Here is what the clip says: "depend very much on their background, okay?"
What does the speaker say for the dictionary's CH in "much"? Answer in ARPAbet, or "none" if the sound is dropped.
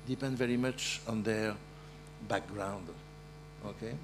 CH